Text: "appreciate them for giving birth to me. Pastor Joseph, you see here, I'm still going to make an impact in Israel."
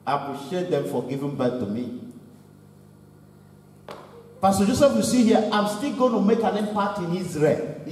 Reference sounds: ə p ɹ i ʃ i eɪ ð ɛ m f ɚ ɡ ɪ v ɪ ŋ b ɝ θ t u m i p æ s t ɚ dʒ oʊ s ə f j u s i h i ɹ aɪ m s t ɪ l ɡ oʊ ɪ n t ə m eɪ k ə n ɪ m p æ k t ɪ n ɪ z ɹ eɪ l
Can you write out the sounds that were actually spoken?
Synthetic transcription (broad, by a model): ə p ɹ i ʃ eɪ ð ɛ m f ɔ ɡ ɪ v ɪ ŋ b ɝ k t u m i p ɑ s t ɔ dʒ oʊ s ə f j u s i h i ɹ aɪ m s t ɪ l ɡ oʊ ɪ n t ə m eɪ k ə n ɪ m p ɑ t ɪ n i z ɹ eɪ l